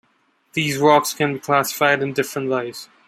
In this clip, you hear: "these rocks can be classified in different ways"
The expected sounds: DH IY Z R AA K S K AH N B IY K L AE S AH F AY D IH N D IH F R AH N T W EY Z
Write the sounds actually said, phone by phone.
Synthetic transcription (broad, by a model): DH IY Z R AA K S K AH N B IY K L AE S AH F AY D IH N D IH F R AH N T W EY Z